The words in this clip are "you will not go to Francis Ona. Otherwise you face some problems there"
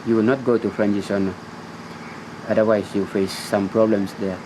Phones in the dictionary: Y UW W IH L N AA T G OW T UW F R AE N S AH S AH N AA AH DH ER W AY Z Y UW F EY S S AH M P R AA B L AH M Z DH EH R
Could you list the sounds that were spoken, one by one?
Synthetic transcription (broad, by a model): Y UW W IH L N AA T G OW T UW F R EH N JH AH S AH N AA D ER W AY S Y UW F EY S S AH M P R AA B L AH M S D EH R